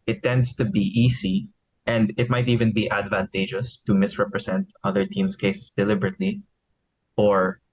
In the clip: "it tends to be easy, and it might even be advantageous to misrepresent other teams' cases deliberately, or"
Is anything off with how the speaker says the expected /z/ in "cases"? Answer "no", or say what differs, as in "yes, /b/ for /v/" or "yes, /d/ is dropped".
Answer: yes, /s/ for /z/